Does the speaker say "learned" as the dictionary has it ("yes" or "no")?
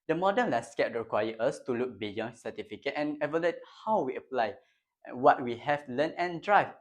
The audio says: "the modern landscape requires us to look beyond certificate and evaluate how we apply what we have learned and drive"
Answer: no